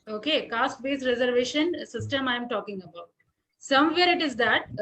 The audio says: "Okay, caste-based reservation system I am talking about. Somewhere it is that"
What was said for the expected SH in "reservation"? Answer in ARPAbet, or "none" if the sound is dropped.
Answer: SH